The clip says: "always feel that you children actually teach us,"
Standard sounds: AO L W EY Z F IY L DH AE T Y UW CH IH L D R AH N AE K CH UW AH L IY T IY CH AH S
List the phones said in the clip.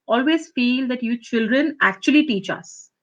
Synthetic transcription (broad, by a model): AO L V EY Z F IY L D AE T Y UW CH IH L D R AH N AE K CH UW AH L IY T IY CH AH S